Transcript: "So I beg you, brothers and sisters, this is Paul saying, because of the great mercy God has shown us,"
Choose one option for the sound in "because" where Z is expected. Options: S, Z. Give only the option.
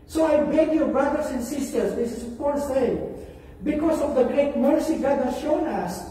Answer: S